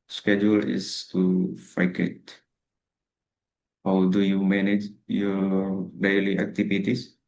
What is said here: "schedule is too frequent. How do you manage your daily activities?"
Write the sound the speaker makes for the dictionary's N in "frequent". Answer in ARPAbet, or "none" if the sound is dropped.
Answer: none